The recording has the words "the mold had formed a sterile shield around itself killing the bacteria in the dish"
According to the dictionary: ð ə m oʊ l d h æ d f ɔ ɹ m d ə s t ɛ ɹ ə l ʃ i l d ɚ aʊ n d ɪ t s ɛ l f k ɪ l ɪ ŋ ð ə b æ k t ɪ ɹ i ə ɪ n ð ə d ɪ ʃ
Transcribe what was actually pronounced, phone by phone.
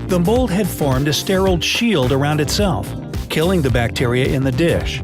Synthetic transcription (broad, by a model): ð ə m oʊ l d h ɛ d f ɔ ɹ m d ə s t ɛ ɹ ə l ʃ i l d ɚ aʊ n d ɪ t s ɛ l f k ɪ l ɪ ŋ ð ə b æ k t ɪ ɹ i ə ɪ n ð ə d ɪ ʃ